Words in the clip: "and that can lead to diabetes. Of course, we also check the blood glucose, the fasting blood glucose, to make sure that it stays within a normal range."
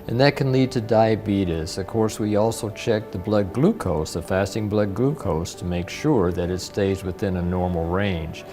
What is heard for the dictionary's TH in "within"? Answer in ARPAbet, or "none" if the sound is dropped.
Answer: TH